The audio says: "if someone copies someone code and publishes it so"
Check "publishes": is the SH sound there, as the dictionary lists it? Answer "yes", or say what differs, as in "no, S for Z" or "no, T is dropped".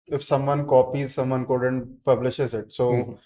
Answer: yes